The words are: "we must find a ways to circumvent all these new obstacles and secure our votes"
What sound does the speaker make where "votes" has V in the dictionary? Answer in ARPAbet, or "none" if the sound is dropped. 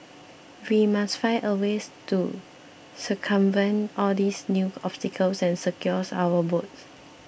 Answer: B